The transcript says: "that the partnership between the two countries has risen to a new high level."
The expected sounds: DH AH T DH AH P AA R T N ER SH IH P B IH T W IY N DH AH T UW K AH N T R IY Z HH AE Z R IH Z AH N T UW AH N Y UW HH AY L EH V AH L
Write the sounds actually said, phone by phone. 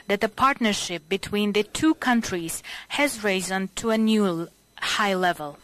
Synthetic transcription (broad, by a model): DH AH T DH AH P AA R T N ER SH IH P B IH T W IY N DH AH T UW K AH N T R IY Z HH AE Z R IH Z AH N T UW AH N Y UW HH AY L EH V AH L